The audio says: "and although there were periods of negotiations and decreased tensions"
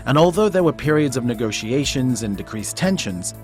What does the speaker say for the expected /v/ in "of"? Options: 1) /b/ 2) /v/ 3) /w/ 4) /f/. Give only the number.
2